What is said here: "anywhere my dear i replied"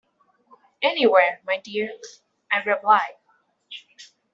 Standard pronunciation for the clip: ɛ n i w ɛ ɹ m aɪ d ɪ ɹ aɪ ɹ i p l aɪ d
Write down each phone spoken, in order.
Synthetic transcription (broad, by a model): ɛ n i w ɛ ɹ m aɪ d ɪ ɹ aɪ ɹ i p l aɪ